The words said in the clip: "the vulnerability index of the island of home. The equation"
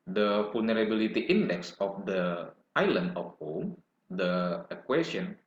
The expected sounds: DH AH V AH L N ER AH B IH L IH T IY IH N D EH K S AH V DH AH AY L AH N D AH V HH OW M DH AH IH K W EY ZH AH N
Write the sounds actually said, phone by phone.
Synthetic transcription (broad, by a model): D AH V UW L N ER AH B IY L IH T IY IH N D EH K S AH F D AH AY L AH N AH F HH OW M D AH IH K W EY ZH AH N